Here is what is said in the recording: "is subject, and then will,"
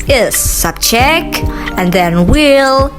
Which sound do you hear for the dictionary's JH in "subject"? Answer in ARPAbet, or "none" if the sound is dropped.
CH